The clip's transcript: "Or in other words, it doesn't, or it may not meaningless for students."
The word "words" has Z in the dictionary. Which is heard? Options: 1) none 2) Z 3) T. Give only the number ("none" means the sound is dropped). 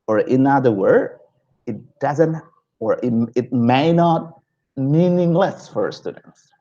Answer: 1